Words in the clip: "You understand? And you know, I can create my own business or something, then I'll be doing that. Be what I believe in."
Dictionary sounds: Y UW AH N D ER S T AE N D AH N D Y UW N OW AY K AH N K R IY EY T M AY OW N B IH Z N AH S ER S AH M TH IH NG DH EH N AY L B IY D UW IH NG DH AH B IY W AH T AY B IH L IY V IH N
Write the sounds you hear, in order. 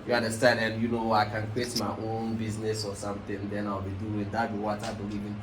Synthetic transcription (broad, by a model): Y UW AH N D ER S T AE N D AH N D Y UW N OW AY K AH N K W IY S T M AY OW N B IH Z N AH S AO S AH M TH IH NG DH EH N AY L B IY D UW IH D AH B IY W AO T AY B IH L IY V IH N